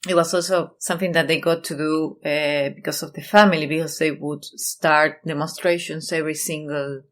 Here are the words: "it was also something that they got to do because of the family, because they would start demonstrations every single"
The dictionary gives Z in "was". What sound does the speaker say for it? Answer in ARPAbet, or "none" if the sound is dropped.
S